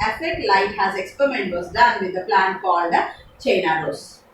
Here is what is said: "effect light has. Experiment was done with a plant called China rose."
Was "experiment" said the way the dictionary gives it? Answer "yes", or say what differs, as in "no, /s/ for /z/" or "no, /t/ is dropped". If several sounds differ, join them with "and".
yes